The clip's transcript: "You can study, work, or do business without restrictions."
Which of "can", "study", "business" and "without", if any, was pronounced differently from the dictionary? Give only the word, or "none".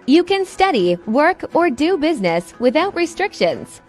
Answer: none